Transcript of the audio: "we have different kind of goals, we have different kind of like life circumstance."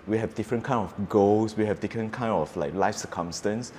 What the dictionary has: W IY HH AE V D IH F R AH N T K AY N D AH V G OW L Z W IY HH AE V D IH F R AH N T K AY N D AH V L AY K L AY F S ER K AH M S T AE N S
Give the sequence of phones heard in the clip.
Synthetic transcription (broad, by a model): W IY HH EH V D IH F R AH N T K AY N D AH F G OW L S W IY HH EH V D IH F R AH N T K AY N D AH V L AY K L AY F S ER K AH M S T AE N S